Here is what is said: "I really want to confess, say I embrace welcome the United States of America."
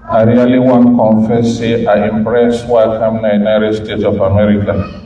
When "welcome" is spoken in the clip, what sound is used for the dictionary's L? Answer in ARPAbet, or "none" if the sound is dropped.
none